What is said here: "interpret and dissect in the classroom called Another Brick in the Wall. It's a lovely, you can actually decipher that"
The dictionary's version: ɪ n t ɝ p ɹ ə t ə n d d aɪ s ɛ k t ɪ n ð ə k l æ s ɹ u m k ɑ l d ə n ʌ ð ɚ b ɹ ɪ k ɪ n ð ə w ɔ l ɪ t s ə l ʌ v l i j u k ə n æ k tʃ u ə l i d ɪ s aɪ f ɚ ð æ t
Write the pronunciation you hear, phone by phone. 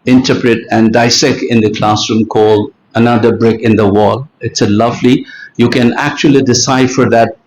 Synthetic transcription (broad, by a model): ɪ n t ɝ p ɹ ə t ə n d d aɪ s ɛ k t ɪ n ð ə k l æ s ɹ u m k ɑ l d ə n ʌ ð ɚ b ɹ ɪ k ɪ n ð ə w ɔ l ɪ t s ə l ʌ v l i j u k ə n æ k tʃ u ə l i d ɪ s aɪ f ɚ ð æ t